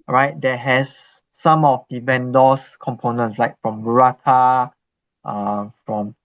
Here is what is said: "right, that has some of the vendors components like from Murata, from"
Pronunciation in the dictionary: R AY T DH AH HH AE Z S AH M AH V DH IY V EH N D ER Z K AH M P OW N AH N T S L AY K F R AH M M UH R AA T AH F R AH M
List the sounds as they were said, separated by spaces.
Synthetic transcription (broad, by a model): R AY T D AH HH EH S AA M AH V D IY B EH N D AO S K AH M P OW N AH N T S L AY K F R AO M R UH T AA T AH F R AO M